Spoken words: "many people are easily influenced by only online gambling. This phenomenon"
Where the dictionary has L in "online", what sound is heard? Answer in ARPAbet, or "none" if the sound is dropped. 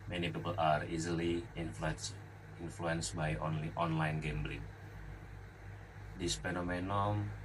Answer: L